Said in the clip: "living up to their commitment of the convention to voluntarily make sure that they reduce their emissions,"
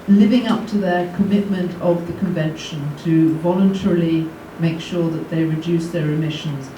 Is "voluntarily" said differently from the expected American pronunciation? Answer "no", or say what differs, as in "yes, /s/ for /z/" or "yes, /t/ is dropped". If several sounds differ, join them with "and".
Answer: no